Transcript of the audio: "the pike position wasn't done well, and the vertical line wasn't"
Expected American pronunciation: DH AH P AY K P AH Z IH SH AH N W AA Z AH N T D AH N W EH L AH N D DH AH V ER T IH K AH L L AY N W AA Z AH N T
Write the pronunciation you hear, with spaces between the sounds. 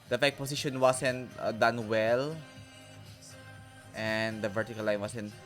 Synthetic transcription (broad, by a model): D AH F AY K P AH S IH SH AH N W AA S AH N T D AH N W EH L AH N D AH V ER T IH K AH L L AY N W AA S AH N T